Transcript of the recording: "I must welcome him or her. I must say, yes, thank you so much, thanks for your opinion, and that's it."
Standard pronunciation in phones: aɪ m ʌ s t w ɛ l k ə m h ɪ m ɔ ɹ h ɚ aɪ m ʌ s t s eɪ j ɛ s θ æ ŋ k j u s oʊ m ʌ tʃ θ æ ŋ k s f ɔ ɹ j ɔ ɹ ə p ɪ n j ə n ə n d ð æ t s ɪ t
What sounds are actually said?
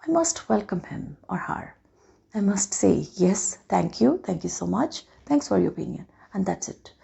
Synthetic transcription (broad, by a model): aɪ m ʌ s t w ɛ l k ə m h ɪ m ɔ ɹ h ɚ aɪ m ʌ s t s eɪ j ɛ s t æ ŋ k j u s oʊ m ʌ tʃ t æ ŋ k s f ɔ ɹ j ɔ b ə ɪ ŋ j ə n ə n d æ t s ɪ t